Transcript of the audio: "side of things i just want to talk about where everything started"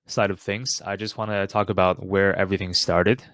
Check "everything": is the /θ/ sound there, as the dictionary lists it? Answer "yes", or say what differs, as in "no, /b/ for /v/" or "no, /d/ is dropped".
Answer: yes